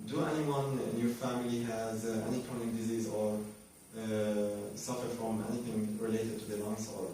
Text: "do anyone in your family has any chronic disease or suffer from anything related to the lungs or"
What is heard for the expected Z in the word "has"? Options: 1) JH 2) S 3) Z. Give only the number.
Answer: 3